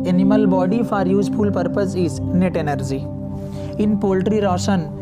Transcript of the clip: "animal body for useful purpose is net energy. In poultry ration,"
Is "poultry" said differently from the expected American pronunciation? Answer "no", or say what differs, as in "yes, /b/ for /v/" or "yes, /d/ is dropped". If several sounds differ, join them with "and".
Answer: no